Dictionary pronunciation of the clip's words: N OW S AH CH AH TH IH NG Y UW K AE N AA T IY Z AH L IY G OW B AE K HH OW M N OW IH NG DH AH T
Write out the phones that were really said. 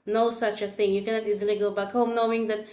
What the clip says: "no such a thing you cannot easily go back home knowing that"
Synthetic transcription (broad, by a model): N OW S AH CH AH TH IH NG Y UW K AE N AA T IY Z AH L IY G OW B AE K HH OW M N OW IH NG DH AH T